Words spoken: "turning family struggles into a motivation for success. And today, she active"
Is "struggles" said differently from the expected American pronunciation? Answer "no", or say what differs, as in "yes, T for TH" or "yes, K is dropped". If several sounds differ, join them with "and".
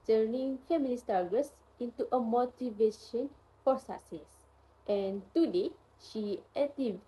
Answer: yes, R is dropped